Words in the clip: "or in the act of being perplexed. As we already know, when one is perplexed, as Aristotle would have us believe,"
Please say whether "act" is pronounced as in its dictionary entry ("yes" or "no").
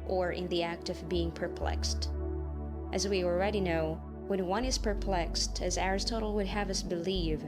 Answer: yes